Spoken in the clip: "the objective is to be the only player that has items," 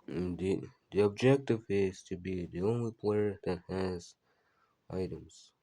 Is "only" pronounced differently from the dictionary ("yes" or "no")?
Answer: no